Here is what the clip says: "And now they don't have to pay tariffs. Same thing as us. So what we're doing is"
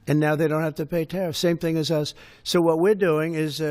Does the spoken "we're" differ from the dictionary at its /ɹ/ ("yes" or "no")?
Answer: no